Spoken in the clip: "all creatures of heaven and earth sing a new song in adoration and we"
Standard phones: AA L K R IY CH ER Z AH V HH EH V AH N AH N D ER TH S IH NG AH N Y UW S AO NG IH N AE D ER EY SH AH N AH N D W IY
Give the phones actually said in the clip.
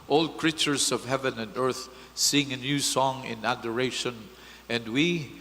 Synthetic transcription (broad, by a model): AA L K R IY CH ER Z AH V HH EH V AH N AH N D ER TH S IH NG AH N Y UW S AO NG IH N AE D ER EY SH AH N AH N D W IY